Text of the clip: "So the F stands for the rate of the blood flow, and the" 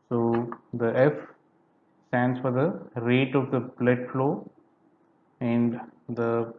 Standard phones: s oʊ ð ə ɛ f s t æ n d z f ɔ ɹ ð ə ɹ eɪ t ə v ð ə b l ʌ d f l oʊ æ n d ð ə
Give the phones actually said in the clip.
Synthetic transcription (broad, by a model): s oʊ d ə ɛ f s t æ n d s f ɔ ɹ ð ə ɹ eɪ t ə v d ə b l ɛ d f l oʊ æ n d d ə